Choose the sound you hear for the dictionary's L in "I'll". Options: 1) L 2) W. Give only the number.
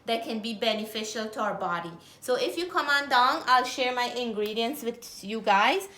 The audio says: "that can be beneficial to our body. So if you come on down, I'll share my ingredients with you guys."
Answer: 1